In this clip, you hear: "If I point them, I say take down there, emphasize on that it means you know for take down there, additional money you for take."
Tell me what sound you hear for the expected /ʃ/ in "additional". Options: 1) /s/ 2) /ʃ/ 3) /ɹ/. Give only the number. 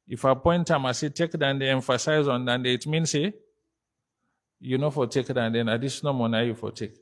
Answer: 1